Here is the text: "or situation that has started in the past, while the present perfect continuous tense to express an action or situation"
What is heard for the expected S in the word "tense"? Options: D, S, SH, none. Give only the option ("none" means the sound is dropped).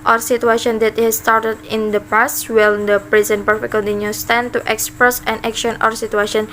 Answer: none